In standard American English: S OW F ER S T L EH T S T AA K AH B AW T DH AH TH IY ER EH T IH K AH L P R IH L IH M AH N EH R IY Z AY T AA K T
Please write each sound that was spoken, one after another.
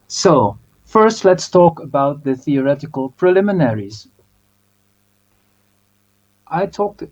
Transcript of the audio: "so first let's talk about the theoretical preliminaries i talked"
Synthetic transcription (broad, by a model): S OW F ER S T L EH T S T AA K AH B AW T DH AH TH IY ER EH T IH K AH L P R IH L IH M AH N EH R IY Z AY T AA K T